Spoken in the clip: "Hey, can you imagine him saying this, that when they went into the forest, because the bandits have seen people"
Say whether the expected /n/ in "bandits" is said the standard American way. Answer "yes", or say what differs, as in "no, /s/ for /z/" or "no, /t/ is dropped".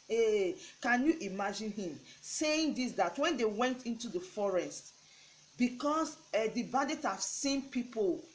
no, /n/ is dropped